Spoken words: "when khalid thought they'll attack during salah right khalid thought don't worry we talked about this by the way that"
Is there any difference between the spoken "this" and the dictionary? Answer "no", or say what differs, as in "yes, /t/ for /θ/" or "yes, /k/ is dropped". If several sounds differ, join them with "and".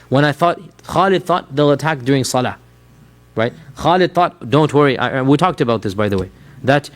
no